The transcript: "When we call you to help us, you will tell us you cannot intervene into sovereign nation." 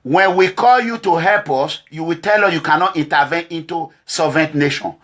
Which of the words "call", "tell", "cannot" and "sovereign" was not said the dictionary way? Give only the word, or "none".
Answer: sovereign